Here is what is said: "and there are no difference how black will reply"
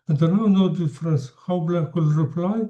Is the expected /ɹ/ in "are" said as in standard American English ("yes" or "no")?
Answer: no